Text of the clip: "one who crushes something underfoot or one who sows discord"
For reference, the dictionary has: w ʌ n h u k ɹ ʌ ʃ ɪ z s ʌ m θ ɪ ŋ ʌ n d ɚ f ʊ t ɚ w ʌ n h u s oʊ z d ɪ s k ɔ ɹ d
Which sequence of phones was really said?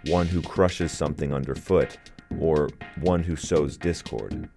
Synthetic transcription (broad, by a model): w ʌ n h u k ɹ ʌ ʃ ɪ z s ʌ m θ ɪ ŋ ʌ n d ɚ f ʊ t ɚ w ʌ n h u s oʊ z d ɪ s k ɔ ɹ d